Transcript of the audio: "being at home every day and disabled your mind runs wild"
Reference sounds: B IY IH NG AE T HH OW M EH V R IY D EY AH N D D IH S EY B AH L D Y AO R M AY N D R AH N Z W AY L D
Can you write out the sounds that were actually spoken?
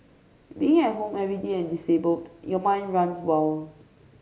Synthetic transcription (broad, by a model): B IY IH NG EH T HH OW M EH V R IY D EY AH N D D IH S EY B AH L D Y AO M AY N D R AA N S W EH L